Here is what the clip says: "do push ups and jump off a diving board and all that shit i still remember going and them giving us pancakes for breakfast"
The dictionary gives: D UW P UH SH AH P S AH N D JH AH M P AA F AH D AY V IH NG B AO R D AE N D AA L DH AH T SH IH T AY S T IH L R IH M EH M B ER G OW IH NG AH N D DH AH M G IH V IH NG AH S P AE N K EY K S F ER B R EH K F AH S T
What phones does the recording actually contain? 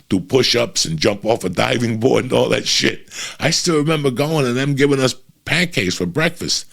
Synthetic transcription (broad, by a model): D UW P UH SH AH P S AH N JH AH M P AA F AH D AY V IH NG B AO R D N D AA L DH AH T SH IH T AY S T IH L R IH M EH M B ER G OW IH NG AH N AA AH M G IH V IH NG AH S P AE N K EY S F ER B R EH K F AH S T